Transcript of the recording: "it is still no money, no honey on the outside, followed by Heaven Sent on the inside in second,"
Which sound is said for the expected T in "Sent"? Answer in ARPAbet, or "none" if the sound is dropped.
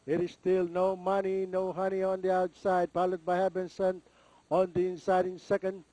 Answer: none